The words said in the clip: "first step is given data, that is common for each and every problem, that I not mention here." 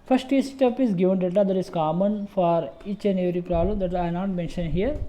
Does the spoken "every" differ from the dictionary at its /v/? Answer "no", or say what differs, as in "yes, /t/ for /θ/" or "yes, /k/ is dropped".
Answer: yes, /v/ is dropped